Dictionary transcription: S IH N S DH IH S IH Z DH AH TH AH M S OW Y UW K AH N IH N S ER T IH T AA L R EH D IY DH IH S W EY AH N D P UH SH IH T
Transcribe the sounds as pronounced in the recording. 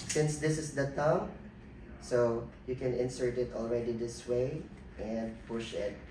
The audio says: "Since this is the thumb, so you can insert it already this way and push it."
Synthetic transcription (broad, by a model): S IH N S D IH S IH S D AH T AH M S OW Y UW K AH N IH N S ER T IH T AA L R EH D IY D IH S W EY AH N D P UH SH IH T